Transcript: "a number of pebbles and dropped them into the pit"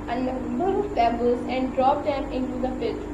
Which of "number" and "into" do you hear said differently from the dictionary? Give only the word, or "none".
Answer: number